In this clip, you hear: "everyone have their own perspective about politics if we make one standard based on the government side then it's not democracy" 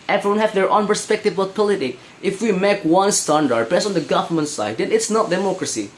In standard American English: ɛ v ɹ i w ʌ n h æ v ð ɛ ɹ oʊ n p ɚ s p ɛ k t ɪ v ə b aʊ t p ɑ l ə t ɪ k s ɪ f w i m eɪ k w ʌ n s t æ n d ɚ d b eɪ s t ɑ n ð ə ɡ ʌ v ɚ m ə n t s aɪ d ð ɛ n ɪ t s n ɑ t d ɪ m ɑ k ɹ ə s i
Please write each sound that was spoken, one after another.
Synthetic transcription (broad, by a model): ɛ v ɹ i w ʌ n h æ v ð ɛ ɹ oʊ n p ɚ s p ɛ k t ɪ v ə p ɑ l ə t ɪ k ɪ f w i m eɪ k w ʌ n s t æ n d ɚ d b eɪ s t ɑ n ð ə ɡ ʌ v ɚ m ə n t s aɪ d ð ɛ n ɪ t s n ɑ t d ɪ m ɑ k ɹ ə s i